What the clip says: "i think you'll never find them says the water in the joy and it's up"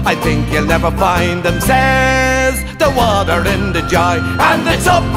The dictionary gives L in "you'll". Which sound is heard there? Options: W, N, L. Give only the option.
L